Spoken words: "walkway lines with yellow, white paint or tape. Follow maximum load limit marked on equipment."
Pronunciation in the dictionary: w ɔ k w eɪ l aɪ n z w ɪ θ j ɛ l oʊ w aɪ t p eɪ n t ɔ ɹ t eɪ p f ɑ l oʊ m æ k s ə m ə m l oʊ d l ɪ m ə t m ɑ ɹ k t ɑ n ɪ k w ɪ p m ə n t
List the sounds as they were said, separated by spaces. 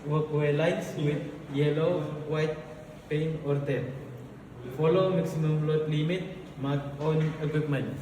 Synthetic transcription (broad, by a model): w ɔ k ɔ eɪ l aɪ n s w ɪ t j ɛ l oʊ w aɪ t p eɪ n ɔ ɹ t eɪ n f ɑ l oʊ m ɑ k s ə m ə m l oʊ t l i m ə t m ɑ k ɑ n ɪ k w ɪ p m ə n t